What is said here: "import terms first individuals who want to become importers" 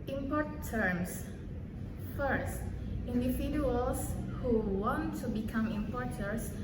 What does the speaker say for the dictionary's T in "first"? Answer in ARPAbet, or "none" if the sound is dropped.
T